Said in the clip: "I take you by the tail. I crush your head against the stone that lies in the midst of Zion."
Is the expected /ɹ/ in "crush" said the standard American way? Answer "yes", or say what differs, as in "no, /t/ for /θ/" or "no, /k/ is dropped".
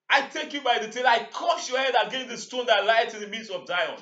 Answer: no, /ɹ/ is dropped